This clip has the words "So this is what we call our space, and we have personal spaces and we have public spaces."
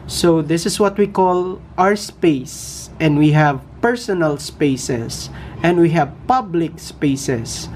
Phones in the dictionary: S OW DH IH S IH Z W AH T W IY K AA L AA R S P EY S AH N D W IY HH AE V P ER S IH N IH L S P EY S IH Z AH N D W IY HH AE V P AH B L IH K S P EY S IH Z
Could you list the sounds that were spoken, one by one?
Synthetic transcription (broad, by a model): S OW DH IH S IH S W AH T W IY K AA L AA R S P EY S AH N D W IY HH AE V P ER S IH N IH L S P EY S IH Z AH N D W IY HH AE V P AH B L IH K S P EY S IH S